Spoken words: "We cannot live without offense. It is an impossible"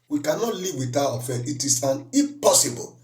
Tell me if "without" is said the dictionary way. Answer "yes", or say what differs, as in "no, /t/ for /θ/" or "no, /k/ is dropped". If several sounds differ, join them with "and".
no, /t/ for /θ/ and /t/ is dropped